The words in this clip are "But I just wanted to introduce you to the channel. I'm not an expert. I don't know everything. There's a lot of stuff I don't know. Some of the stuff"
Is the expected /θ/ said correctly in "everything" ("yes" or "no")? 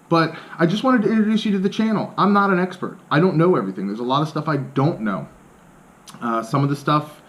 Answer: yes